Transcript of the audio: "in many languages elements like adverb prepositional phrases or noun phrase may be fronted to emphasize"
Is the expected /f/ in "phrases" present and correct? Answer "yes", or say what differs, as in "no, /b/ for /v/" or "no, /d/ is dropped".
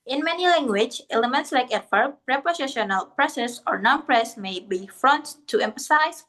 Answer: no, /p/ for /f/